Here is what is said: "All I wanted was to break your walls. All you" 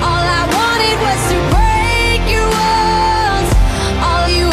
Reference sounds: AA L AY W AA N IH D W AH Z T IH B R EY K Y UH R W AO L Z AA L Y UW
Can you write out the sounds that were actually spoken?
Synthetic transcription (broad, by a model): AA L AY W AA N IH D W AH Z T IH B R EY K Y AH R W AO N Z AA L Y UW